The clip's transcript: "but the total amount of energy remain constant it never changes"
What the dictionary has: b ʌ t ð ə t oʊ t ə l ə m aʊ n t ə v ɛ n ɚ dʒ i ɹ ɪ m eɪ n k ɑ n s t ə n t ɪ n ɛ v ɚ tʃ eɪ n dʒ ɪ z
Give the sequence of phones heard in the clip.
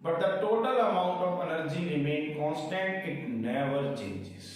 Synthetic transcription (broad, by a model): b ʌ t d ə t oʊ t ə l ə m aʊ n t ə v ɛ n ɚ dʒ i ɹ ɪ m eɪ n k ɑ n s t ə n t ɪ n ɛ v ɚ tʃ eɪ n dʒ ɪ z